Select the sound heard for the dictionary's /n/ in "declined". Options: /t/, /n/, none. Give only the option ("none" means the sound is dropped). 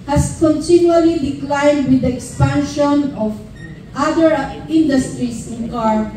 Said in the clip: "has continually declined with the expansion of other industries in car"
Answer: /n/